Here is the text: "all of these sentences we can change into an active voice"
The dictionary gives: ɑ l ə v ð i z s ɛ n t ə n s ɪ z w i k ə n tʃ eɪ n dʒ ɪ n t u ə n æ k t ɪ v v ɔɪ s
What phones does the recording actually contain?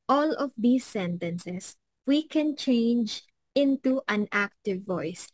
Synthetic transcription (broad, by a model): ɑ l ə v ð i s ɛ n t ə n s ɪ s w i k ə n tʃ eɪ n dʒ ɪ n t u ə n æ k t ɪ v v ɔɪ s